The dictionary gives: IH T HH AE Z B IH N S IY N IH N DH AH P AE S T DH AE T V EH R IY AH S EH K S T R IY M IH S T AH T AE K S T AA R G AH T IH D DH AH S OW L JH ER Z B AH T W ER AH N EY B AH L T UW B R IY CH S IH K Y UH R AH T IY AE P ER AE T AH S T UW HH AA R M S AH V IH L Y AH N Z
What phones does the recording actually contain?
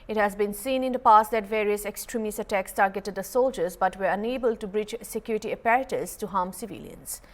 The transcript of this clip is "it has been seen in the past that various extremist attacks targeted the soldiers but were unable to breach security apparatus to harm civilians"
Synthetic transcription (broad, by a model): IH T HH AE Z B IH N S IY N IH N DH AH P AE S T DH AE T V EH R IY AH S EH K S T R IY M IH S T AH T AE K S T AA R G AH T IH D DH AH S OW L JH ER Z B AH T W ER AH N EY B AH L T UW B R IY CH S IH K Y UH R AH T IY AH P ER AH T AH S T UW HH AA M S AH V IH L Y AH N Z